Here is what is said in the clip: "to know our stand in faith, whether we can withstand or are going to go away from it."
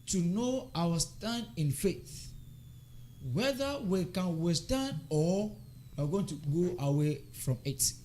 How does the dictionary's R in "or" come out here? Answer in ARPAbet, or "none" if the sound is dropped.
W